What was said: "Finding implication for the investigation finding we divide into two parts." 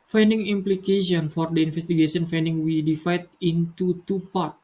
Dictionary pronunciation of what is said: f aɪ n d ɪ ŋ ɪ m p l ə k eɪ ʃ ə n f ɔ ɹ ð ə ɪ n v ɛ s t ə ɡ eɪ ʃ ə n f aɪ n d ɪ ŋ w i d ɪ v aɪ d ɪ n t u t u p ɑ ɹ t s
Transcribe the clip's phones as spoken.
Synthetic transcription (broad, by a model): f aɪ n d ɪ ŋ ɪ m p l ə k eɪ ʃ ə n f ɔ ɹ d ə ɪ n f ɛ s t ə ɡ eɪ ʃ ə n f aɪ n d ɪ ŋ w i d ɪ f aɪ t ɪ n t u t u p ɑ ɹ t